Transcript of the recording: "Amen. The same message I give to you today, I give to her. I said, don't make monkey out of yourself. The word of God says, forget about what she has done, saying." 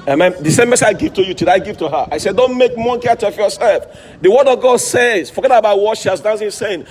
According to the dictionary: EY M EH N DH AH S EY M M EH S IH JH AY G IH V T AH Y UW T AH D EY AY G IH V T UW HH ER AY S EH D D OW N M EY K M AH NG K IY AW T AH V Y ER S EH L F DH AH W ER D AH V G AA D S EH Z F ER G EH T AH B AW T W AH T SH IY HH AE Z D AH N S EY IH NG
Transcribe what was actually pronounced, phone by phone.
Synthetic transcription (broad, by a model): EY M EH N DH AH S EY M M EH S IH AY G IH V T AH Y UW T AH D AY G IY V T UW HH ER AY S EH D D OW N M EY K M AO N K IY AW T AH F Y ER S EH L F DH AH W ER D AH V G AA D S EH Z F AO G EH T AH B AW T W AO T SH IY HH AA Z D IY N S EY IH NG